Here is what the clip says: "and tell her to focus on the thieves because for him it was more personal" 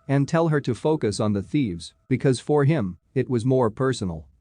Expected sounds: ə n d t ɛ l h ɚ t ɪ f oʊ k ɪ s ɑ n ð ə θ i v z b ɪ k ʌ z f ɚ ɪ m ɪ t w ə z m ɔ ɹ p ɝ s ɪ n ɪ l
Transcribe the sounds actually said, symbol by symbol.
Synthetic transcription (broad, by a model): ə n t ɛ l h ɚ t ɪ f oʊ k ɪ s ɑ n ð ə θ i v z b ɪ k ʌ z f ɚ ɪ m ɪ t w ə z m ɔ ɹ p ɝ s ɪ n l